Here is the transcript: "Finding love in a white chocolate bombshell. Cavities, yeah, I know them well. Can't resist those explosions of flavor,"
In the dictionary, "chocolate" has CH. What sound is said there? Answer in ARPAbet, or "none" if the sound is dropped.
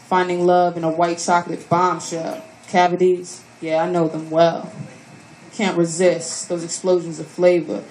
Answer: S